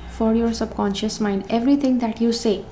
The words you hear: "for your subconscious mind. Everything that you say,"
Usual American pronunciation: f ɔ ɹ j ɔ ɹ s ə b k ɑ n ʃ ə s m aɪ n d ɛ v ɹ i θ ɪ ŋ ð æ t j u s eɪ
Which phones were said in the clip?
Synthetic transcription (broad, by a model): f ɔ ɹ j ɔ ɹ s ə b k ɑ n ʃ ə s m aɪ n d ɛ v ɹ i t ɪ ŋ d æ t j u s eɪ